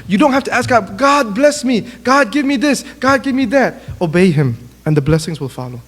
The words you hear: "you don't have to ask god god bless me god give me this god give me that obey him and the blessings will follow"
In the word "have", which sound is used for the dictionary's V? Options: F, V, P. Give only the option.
F